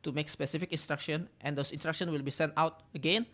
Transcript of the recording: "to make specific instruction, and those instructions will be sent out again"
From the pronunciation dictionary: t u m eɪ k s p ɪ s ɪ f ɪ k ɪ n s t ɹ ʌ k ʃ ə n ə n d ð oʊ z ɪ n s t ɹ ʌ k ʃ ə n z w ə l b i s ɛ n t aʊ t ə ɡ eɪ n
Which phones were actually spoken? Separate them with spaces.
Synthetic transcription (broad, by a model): t u m eɪ k s p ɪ s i f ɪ k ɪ n s t ɹ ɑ k ʃ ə n ə n d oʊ s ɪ n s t ɹ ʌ k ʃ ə n w ə l b i s ɛ n t aʊ t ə ɡ eɪ n